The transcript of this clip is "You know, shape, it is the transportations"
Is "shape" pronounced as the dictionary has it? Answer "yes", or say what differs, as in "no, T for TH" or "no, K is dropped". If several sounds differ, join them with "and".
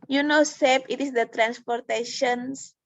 no, S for SH